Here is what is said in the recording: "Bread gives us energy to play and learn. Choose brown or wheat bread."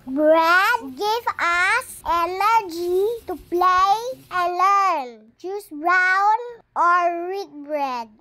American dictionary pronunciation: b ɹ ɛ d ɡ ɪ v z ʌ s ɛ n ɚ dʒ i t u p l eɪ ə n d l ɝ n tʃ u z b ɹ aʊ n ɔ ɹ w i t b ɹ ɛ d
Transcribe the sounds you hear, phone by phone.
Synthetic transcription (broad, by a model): b ɹ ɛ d ɡ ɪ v ʌ s ɛ n ɚ dʒ i t u p l eɪ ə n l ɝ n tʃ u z b ɹ aʊ n ɔ ɹ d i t b ɹ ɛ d